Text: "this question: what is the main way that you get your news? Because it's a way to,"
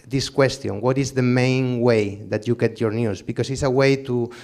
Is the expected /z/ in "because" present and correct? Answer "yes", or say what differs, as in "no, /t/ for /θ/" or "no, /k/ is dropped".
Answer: no, /s/ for /z/